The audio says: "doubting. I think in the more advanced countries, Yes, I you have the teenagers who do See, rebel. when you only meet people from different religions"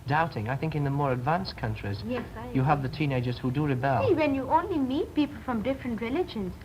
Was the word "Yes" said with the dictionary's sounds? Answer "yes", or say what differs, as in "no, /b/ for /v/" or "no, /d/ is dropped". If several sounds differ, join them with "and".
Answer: no, /s/ is dropped